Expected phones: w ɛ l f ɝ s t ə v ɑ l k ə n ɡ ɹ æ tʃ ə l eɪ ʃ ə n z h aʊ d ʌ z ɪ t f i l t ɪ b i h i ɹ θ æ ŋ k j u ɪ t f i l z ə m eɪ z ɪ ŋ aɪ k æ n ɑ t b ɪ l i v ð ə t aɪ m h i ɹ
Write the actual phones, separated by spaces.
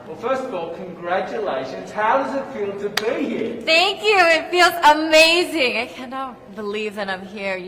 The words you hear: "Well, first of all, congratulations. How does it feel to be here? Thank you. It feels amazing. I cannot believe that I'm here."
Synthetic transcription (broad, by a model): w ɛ l f ɝ s t ə v ɑ l k ə n ɡ ɹ æ tʃ ə l eɪ ʃ ə n z h aʊ d ʌ z ɪ t f i l t ɪ b i h i ɹ θ æ ŋ k j u ɪ t f i l z ə m eɪ z ɪ ŋ aɪ k æ n ɑ t b ɪ l i v ð ə t aɪ m h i ɹ